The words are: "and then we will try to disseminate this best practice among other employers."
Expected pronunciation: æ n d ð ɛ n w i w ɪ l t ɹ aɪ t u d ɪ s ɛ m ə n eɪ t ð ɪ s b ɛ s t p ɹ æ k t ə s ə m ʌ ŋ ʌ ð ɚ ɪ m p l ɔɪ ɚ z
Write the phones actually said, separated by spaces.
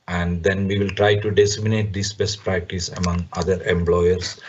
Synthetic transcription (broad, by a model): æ n d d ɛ n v i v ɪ l t ɹ aɪ t u d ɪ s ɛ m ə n eɪ t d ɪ s b ɛ s t p ɹ æ k t ə s ə m ʌ ŋ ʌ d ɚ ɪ m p l ɔɪ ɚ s